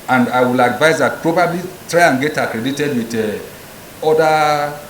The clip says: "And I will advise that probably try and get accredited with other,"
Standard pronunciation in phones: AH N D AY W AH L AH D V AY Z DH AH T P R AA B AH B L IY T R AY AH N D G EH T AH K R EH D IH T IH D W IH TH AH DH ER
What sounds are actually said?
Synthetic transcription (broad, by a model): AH N D AY W AH L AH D V AY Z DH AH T P R AA B AH B L IY T R AY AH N G EH T AH K R EH D IH T IH D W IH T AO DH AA